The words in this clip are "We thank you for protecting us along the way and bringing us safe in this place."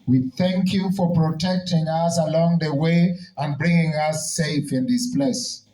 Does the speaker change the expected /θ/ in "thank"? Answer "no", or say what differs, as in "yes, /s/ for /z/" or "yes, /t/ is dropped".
no